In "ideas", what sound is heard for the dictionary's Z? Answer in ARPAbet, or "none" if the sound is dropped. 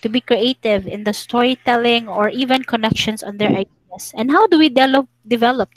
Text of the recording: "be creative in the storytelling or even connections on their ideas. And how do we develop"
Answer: S